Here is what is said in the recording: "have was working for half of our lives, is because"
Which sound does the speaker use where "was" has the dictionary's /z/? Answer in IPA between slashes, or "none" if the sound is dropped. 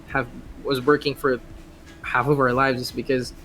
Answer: /z/